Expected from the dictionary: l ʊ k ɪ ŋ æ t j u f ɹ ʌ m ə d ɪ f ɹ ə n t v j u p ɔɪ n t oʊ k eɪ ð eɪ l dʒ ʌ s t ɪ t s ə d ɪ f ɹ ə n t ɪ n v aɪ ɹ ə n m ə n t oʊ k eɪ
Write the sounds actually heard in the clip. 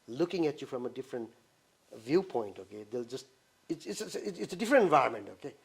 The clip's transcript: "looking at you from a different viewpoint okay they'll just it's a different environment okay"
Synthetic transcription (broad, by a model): l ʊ k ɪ ŋ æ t j u f ɹ ʌ m ə d ɪ f ɹ ə n t v j u p ɔɪ n t oʊ k eɪ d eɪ l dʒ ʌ s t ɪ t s ə d ɪ f ɹ ə n t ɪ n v aɪ ə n m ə n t oʊ k eɪ